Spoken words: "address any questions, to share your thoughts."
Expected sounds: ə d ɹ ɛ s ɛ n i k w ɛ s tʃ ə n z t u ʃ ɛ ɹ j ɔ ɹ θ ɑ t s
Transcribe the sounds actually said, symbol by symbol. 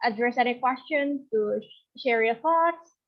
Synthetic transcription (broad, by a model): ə d ɹ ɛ s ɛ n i k w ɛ s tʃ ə n t u ʃ ɛ ɹ j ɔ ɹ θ ɑ t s